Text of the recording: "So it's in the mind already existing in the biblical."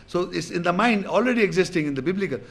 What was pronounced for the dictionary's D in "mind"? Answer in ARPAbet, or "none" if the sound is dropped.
D